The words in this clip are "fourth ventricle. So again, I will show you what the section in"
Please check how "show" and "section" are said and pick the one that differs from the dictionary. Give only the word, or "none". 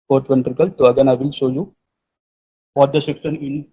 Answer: section